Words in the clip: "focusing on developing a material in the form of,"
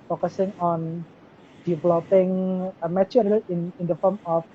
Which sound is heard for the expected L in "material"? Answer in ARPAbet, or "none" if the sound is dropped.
N